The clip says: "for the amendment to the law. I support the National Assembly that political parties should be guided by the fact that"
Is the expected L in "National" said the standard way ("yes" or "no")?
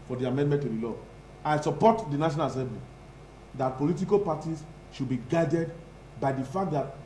no